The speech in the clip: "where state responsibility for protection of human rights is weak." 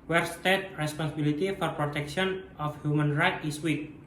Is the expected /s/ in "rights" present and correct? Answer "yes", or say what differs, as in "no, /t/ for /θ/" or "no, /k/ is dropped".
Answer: no, /s/ is dropped